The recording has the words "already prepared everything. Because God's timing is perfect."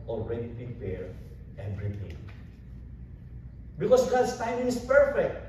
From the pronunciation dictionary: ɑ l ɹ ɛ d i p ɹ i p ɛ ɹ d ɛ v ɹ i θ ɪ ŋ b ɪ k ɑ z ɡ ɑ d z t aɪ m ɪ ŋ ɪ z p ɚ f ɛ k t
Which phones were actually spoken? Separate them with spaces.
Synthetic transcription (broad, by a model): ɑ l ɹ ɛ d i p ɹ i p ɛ ɹ ɛ b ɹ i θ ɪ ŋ b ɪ k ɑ s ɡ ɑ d s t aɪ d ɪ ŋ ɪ s p ɚ f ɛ k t